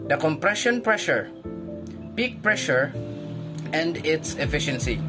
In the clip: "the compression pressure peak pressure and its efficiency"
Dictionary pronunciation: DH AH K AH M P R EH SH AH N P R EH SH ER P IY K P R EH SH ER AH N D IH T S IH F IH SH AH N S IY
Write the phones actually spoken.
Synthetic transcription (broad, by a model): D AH K AH M P R EH SH AH N P R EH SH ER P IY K P R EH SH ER AH N D IH T S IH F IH SH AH N S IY